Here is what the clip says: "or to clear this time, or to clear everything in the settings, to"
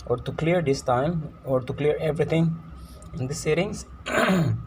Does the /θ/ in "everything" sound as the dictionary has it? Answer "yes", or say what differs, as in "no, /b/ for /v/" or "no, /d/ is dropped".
no, /t/ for /θ/